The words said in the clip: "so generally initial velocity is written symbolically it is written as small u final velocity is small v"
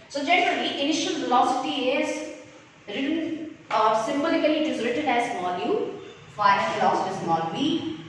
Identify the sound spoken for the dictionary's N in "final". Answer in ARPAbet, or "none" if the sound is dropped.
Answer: none